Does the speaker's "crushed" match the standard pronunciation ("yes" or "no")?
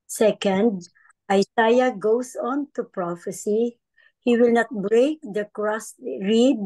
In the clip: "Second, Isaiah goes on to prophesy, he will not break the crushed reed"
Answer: no